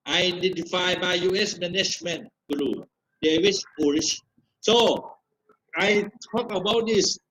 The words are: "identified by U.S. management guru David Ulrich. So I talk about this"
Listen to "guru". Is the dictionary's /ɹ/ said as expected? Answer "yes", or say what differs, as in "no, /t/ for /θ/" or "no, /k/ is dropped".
no, /l/ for /ɹ/